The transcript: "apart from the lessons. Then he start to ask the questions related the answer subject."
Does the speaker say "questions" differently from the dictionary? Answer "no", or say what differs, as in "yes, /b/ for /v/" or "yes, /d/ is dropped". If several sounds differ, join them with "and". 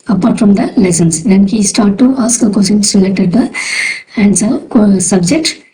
yes, /tʃ/ is dropped